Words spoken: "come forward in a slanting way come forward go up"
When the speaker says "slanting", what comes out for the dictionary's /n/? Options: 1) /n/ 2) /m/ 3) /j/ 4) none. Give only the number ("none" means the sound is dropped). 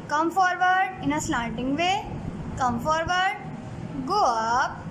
4